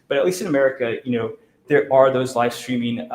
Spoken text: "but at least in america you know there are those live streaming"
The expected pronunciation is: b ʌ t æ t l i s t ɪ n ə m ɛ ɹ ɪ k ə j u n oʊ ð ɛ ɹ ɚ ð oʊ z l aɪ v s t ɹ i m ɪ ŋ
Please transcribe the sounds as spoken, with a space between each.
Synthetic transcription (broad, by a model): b ʌ t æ t l i s t ɪ n ə m ɛ ɹ ɪ k ə j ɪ n oʊ ð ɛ ɹ ɚ ð oʊ z l aɪ v s t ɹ i m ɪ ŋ